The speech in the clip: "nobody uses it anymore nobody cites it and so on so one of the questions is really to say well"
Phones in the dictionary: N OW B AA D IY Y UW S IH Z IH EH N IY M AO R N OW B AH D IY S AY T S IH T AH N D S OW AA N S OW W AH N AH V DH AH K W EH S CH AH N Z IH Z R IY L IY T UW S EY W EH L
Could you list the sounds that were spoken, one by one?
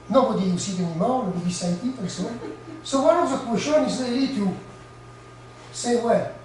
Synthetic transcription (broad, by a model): N OW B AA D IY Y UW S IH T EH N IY M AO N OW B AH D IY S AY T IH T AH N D S OW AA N S OW W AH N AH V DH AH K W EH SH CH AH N IH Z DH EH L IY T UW S EY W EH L